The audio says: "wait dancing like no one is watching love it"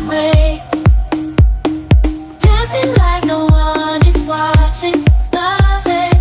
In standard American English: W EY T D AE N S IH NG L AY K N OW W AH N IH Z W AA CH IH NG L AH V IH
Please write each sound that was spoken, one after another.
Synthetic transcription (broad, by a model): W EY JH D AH S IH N L AY K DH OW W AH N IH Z W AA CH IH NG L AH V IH